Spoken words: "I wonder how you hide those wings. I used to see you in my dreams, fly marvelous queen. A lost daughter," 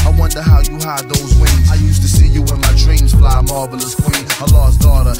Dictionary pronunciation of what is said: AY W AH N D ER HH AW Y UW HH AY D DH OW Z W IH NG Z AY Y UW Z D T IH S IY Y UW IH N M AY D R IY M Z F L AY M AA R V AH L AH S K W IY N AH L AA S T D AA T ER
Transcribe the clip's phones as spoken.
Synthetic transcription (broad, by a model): AY W AH N D ER HH AW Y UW HH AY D DH OW Z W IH Z AY Y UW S T IH S IY Y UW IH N M AY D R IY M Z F L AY M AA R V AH L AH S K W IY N AH L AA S D AA T ER